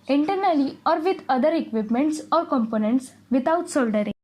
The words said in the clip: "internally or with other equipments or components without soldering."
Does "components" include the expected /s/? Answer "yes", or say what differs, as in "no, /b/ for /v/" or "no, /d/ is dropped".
yes